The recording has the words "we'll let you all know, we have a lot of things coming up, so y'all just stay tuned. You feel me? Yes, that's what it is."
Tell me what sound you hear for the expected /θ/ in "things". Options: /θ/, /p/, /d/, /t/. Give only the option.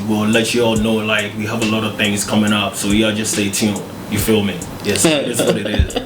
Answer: /θ/